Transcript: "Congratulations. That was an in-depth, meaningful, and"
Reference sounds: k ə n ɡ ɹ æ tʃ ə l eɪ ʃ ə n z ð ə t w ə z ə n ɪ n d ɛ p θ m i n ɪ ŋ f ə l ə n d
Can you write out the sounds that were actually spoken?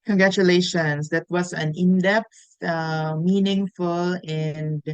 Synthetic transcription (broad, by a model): k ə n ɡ ɹ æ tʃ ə l eɪ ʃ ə n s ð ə t w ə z ə n ɪ n d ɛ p s m i n ɪ ŋ f ə l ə n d